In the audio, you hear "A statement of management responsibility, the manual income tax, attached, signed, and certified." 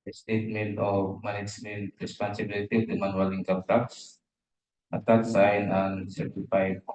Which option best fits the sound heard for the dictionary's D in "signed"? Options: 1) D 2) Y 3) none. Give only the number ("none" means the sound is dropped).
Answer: 3